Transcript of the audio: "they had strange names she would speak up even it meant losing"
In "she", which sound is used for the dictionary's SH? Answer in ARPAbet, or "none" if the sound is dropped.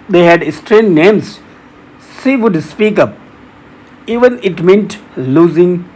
S